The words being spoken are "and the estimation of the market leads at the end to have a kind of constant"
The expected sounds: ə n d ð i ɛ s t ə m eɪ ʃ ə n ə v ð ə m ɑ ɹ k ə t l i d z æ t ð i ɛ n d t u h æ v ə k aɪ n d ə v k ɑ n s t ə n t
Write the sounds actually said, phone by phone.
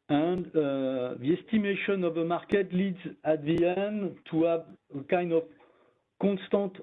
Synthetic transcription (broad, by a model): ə n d ð i ɛ s t ə m eɪ ʃ ə n ə v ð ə m ɑ ɹ k ə t l i d z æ t ð i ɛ n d t u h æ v ə k aɪ n d ə v k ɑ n s t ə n t